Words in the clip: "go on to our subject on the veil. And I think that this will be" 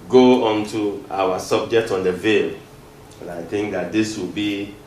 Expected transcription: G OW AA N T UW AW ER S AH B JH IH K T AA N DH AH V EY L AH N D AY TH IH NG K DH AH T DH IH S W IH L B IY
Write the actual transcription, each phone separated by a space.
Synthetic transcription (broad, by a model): G OW AA N T UW AW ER S AH B JH IH K T AA N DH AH V EY L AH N AY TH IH NG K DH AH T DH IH S W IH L B IY